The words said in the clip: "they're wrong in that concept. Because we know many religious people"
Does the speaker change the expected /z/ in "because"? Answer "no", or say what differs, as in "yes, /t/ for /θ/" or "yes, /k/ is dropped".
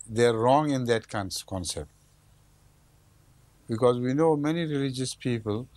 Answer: no